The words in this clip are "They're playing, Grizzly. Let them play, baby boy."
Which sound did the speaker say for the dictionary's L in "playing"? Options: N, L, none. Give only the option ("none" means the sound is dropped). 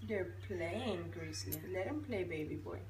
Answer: L